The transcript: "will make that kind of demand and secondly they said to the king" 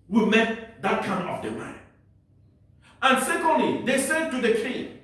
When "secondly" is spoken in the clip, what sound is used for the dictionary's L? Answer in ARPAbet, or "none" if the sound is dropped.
L